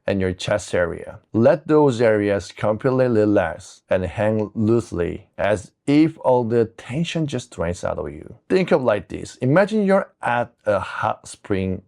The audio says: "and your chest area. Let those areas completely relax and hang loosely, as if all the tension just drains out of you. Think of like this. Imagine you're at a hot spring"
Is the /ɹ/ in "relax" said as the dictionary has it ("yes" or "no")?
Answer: no